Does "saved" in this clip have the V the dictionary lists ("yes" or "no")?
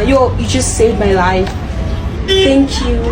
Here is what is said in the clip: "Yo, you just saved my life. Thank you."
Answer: no